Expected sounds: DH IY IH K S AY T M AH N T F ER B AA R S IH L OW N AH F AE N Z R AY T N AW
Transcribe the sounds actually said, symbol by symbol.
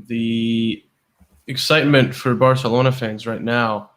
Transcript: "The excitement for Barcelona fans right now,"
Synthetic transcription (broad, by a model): DH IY IH K S AY T M AH N T F ER B AA R S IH L OW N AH F AE N Z R AY T N AW